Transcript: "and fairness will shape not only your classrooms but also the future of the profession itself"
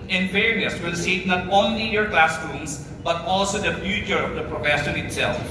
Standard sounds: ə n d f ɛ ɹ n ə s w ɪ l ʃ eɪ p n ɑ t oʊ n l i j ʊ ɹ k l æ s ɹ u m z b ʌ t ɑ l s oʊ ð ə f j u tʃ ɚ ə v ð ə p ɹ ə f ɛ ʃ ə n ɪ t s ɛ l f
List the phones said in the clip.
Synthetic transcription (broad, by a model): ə n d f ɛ ɹ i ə s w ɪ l s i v n ɑ t oʊ n l i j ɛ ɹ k l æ s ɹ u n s b ʌ t ɑ l s oʊ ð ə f j u tʃ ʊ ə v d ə p ɹ ə f ɛ ʃ ə n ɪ t s ɛ l f